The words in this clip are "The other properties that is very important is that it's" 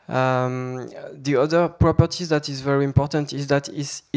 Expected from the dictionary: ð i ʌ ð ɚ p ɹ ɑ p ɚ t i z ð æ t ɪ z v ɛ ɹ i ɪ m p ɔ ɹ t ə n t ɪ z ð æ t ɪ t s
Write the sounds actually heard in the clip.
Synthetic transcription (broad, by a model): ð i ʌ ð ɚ p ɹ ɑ p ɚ t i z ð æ t ɪ z v ɛ ɹ i ɪ m p ɔ ɹ t ə n t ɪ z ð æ t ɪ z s